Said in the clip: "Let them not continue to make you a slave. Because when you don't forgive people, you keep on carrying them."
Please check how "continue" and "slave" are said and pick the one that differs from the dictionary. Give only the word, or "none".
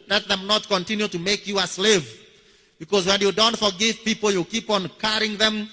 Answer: none